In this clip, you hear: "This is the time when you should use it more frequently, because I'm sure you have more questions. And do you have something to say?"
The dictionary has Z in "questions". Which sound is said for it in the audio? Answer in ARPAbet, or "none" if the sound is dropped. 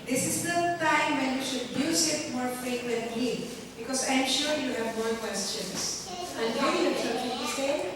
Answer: S